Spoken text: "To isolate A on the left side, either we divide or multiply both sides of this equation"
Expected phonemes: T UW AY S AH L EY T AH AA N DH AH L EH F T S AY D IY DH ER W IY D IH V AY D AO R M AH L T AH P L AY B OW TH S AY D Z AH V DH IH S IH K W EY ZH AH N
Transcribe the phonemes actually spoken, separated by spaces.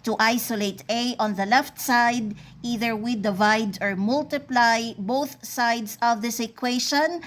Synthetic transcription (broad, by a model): T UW AY S AH L EY T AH AA N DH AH L EH F T S AY D IY DH ER W IY D IH V AY D AO R M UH L T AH P L AY B OW TH S AY D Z AH V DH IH S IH K W EY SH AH N